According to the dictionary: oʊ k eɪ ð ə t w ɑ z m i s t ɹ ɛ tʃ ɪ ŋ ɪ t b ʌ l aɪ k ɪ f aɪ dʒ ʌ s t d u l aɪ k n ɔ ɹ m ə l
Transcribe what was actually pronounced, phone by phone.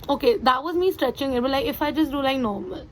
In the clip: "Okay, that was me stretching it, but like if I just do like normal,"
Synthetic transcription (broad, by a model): oʊ k eɪ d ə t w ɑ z m i s t ɹ ɛ tʃ ɪ ŋ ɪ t b ʌ l aɪ k ɪ f aɪ dʒ ʌ s t d u l aɪ k n ɔ ɹ m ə l